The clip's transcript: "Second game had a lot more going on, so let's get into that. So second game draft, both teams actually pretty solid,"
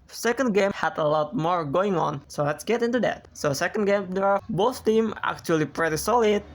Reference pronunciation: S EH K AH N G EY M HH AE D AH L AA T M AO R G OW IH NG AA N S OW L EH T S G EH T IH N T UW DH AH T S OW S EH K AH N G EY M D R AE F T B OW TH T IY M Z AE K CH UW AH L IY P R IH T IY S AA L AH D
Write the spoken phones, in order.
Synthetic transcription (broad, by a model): S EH K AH N G EY M HH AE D AH L AA T M AO R G OW IH NG AA N S OW L EH T S G EH T IH N T UW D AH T S OW S EH K AH N G EY M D EH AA B OW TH T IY M AE K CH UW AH L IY P R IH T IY S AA L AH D